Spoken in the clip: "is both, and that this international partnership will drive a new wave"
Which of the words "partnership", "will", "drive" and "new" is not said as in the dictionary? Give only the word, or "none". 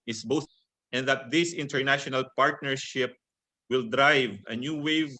none